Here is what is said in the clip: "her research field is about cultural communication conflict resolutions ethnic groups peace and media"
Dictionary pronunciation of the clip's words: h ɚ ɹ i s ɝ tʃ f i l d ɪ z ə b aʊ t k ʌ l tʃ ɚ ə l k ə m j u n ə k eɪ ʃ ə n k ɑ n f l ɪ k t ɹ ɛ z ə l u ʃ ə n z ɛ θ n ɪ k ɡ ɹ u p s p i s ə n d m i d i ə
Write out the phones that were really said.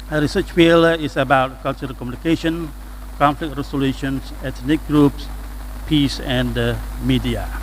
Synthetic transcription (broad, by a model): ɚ ɹ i s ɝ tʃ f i l ɪ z ə b aʊ t k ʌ l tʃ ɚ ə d k ə m j u n ə k eɪ ʃ ə n k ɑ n f l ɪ k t ɹ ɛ s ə l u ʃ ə n s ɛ t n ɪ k ɡ ɹ u p s p i s ə n d m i d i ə